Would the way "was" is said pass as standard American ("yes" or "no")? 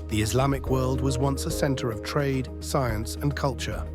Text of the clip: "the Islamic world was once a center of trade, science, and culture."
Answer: yes